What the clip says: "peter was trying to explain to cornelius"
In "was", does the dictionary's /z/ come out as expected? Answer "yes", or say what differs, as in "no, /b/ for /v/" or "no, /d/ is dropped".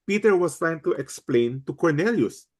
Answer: no, /s/ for /z/